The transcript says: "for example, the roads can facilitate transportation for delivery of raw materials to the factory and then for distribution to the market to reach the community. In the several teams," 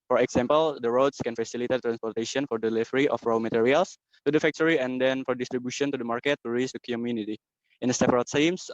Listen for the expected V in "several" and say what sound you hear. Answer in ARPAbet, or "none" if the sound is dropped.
P